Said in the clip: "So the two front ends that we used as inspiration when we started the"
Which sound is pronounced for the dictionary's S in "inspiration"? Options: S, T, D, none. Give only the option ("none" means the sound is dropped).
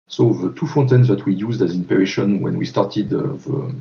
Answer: none